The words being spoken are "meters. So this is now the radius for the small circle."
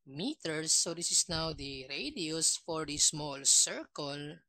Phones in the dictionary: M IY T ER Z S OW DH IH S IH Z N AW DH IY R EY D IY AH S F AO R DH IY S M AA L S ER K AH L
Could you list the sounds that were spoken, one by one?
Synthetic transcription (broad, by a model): M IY T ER S OW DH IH S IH S N AW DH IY R EY D IY AH S F AO R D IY S M AA L S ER K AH L